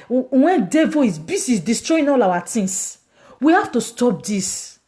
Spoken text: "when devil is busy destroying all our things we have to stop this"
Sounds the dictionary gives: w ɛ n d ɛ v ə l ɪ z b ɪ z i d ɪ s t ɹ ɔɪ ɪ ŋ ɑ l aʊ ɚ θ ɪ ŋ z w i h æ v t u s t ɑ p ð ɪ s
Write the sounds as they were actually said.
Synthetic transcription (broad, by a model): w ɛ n d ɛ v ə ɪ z b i s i d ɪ s t ɹ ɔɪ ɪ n ɑ l aʊ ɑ t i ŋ s w i h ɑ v t u s t ɑ p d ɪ s